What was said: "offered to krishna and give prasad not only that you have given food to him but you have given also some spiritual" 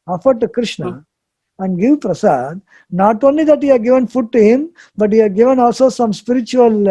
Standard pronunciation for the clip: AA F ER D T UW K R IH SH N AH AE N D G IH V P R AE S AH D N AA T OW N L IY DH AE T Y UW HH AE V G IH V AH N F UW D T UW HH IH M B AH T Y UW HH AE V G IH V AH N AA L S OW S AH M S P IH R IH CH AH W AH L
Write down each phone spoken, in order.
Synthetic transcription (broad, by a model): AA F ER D T UW K R IH SH N AH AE N D G IH V P R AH S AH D N AA T OW N L IY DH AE T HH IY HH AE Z G IH V AH N F UW D T UW HH IH M B AH T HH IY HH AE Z G IH V AH N AA L S OW S AH M S P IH R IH CH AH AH L